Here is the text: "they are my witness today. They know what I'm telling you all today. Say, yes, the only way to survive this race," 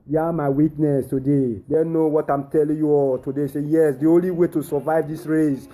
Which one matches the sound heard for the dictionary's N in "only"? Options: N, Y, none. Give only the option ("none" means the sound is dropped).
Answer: N